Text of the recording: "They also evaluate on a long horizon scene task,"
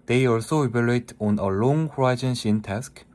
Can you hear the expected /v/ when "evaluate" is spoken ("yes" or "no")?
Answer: no